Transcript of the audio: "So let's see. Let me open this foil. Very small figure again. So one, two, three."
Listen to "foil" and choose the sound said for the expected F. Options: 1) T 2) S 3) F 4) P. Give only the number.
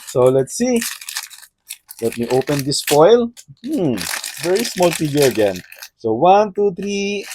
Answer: 4